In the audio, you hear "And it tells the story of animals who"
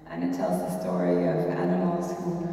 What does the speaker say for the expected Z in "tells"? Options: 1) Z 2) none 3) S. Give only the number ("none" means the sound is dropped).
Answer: 1